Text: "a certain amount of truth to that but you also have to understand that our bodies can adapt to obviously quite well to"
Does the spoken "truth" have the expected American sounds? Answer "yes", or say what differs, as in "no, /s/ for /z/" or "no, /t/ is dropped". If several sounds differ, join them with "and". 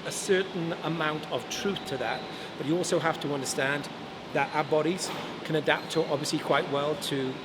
yes